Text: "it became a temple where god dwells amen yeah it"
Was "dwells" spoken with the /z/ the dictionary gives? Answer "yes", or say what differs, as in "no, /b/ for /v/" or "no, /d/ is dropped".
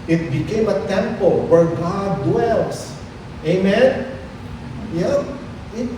no, /s/ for /z/